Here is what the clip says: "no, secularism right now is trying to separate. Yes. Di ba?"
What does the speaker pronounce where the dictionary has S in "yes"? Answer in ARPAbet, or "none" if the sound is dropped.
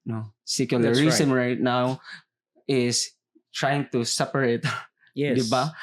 none